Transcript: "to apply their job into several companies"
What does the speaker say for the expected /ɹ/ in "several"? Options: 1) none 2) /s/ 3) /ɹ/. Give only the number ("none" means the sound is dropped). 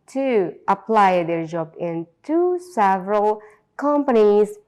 3